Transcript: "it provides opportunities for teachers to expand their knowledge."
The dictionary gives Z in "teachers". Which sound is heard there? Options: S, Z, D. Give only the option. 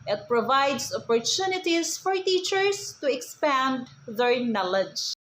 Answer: S